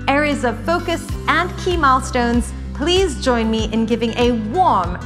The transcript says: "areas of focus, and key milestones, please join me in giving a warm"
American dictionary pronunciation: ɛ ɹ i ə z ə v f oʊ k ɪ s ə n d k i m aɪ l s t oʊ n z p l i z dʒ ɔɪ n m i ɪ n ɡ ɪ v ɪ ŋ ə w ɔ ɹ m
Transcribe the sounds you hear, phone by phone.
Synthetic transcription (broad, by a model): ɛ ɹ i z ə v f oʊ k ɪ s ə n k i m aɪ l s t oʊ n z p l i z dʒ ɔɪ n m i ɪ n ɡ ɪ v ɪ ŋ ə w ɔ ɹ m